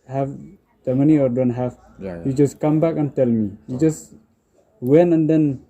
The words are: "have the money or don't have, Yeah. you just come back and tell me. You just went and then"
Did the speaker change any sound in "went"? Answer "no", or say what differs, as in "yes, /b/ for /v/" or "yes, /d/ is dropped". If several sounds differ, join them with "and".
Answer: yes, /t/ is dropped